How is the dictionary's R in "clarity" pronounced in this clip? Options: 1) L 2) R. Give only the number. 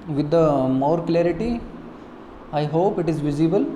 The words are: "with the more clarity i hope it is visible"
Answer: 2